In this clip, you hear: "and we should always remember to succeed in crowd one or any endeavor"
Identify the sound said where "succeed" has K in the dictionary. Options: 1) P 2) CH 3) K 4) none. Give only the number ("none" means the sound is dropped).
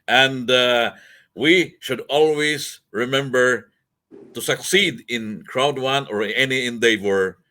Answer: 3